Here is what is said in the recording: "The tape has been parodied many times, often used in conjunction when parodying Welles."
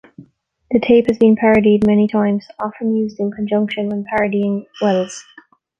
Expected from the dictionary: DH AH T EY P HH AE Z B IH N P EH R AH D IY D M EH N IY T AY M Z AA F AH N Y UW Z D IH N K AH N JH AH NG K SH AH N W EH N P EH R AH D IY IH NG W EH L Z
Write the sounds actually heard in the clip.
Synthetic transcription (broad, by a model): DH AH T EY P HH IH Z B IH N P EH R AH D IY D M EH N IY T AY M Z AA F AH N Y UW Z D IH N K AH N JH AH NG K SH AH N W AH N P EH R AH D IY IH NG W EH L Z